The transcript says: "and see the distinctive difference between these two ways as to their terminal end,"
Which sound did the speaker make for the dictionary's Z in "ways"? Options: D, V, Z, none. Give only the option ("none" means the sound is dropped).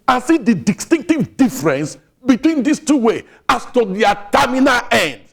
none